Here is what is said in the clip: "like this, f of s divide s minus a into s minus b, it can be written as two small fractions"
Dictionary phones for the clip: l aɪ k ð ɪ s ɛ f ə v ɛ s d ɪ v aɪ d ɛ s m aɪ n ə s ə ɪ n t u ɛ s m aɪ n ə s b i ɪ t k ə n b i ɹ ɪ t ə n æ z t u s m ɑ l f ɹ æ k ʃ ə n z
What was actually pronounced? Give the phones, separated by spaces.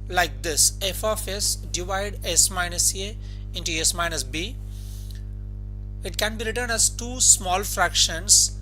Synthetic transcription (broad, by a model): l aɪ k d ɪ s ɛ f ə f ɛ s d ɪ v aɪ d ɛ s m aɪ n ə s ə ɪ n t u ɛ s m aɪ n ə s b i ɪ t k ə n b i ɹ ɪ t ə n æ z t u s m ɑ l f ɹ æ k ʃ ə n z